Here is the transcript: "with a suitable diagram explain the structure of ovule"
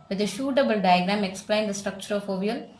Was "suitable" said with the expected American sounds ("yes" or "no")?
no